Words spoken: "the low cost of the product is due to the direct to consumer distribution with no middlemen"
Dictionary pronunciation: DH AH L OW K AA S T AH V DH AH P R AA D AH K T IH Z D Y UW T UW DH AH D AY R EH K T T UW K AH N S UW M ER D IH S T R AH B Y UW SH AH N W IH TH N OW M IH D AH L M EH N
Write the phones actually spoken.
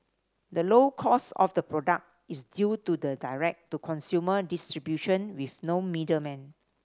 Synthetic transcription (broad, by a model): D AH L OW K AA S AH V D AH P R AA D AH K T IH S D Y UW T UW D AH D AY R EH K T T UW K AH N S UW M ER D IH S T R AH B Y UW SH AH N W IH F N OW M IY D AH M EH N